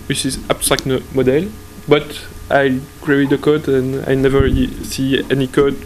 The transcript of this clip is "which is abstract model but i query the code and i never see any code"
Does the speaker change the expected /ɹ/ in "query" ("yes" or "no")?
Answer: yes